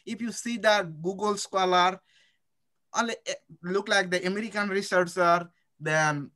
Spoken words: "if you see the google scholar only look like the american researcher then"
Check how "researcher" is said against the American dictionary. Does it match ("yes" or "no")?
no